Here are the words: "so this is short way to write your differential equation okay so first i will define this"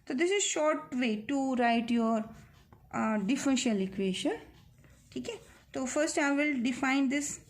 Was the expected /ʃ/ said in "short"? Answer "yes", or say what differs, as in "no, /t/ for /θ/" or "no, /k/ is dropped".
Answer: yes